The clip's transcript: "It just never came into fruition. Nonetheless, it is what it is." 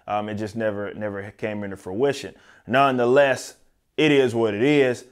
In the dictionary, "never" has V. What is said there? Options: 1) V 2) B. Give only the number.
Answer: 1